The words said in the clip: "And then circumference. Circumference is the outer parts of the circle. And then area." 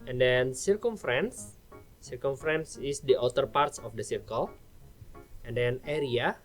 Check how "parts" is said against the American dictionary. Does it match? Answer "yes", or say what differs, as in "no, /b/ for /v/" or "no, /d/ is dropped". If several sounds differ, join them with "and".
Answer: yes